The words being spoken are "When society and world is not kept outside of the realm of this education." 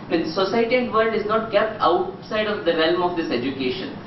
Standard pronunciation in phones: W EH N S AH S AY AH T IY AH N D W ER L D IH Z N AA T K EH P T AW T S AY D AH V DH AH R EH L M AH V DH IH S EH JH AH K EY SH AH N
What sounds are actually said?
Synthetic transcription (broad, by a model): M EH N S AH S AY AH T IY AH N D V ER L D IH Z N AA T K EH P T AW T S AY D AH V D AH R EH L M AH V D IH S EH JH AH K EY SH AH N